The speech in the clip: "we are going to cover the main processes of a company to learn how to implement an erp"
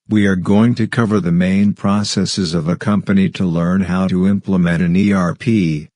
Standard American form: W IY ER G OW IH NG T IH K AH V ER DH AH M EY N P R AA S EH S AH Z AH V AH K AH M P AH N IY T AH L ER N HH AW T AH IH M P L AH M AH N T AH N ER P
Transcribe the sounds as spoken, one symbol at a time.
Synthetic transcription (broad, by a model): W IY ER G OW IH NG T IH K AH V ER DH AH M EY N P R AA S EH S AH Z AH V AH K AH M P AH N IY T AH L ER N HH AW T AH IH M P L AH M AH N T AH N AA P